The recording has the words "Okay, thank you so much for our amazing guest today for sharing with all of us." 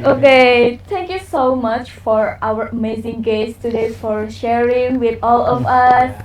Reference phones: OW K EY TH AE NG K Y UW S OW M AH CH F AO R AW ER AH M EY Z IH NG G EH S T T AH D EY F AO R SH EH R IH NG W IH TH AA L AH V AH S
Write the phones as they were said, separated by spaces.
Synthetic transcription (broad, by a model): OW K EY T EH NG K Y UW S OW M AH CH F AO R AW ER AH M EY Z IH NG G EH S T T AH D EY F AO R SH EH R IH NG W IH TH AA L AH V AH S